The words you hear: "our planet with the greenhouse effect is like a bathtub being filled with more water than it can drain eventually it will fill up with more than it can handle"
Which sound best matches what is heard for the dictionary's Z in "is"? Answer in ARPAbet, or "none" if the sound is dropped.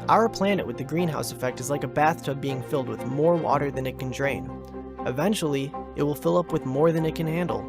Z